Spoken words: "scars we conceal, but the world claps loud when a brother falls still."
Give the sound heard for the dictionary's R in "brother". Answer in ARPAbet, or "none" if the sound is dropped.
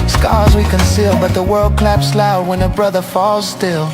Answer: R